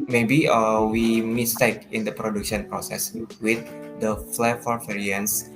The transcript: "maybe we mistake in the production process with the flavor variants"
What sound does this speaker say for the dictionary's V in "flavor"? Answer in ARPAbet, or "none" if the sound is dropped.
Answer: F